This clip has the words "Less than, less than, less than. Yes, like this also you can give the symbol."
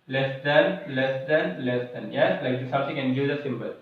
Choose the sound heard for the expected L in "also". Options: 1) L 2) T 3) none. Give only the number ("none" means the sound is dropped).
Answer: 3